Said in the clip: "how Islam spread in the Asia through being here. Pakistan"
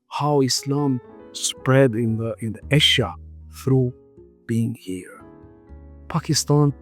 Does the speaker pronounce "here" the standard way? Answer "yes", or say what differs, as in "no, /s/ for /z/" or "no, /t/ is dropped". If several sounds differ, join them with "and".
yes